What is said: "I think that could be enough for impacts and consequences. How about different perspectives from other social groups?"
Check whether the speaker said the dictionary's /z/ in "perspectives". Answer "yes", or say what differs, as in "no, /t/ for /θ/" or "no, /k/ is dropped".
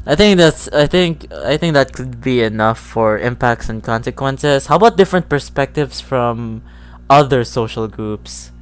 no, /s/ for /z/